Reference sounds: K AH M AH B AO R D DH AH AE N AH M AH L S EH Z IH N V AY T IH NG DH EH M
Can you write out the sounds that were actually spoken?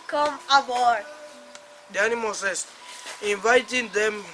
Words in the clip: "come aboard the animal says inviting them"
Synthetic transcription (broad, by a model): K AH M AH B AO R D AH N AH M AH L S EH S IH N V AY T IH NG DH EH M